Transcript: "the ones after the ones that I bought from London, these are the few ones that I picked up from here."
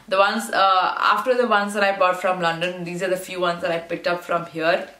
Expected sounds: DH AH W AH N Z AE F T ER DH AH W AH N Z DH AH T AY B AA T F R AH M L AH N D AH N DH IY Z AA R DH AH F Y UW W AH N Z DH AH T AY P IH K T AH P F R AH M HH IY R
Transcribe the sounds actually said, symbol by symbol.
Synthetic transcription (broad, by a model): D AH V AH N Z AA F T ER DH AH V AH N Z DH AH T AY B AA T F R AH M L AH N D AH N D IY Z AA R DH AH F Y UW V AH N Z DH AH T AY P IH K T AH P F R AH M HH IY R